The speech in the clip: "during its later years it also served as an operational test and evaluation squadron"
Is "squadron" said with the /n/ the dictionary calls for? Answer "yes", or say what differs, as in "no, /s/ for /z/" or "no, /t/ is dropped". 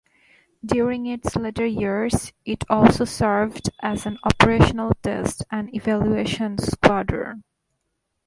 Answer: no, /n/ is dropped